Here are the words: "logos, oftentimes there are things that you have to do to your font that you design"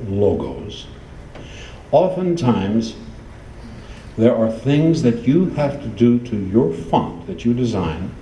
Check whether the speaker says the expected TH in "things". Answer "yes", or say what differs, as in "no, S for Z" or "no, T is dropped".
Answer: yes